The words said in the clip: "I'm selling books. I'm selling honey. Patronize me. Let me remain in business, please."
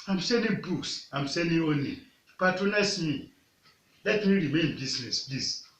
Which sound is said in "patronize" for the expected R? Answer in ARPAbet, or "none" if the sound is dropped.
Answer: none